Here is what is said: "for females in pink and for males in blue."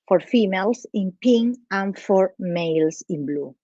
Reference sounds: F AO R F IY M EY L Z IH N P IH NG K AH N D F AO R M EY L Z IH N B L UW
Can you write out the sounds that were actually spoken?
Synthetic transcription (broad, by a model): F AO R F IY M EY L S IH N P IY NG AH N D F AO R M EY L S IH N B L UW